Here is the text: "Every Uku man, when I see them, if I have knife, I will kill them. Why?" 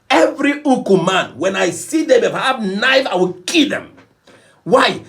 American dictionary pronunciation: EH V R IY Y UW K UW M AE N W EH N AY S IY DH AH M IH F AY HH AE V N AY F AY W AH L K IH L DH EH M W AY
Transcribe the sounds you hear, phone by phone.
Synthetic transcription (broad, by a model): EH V R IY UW K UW M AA N W EH N AY S IY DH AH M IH P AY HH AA P N AY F AY W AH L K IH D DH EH M W AY